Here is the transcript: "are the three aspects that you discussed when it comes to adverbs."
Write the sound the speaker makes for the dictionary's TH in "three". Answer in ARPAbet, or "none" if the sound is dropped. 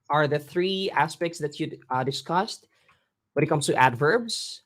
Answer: TH